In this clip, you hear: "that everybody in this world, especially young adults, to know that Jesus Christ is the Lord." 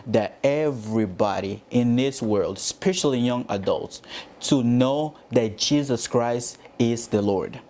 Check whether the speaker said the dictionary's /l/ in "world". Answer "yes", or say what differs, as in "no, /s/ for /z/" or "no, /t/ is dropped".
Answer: yes